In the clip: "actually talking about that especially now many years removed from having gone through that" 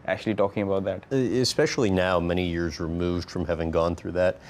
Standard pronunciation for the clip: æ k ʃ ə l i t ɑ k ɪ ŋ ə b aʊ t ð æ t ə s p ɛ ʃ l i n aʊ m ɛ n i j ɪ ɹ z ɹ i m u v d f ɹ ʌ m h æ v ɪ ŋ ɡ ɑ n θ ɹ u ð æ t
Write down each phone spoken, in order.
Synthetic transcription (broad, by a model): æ k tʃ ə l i t ɑ k ɪ ŋ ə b aʊ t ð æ t ə s p ɛ ʃ l i n aʊ m ɛ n i j ɪ ɹ z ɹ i m u v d f ɹ ʌ m h æ v ɪ ŋ ɡ ɑ n θ ɹ u ð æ t